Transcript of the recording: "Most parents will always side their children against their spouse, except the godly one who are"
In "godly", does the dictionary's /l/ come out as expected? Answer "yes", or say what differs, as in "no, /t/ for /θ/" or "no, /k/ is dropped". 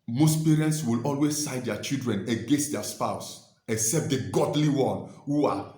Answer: yes